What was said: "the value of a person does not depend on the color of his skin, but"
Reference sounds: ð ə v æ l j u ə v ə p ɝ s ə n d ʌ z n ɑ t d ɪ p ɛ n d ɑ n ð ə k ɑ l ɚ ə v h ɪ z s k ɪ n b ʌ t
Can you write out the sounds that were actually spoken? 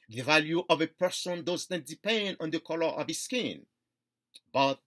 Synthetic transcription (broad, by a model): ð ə v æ l j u ə v ə p ɝ s ə n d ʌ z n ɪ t d ɪ p ɛ n d ɑ n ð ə k ɑ l ɚ ə v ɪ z s k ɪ n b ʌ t